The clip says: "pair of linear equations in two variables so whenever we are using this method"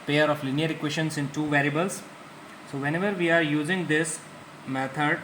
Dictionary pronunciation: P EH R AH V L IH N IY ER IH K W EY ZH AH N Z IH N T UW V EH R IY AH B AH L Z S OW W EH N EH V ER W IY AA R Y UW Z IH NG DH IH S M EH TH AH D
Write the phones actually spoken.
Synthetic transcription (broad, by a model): P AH R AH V L IH N IY ER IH K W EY SH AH N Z IH N T UW V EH R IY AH B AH L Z S OW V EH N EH V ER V IY AA R Y UW Z IH NG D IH S M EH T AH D